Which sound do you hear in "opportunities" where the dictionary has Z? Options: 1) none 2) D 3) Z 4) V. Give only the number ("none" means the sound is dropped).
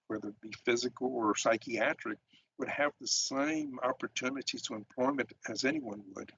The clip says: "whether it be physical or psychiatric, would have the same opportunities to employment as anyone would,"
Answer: 1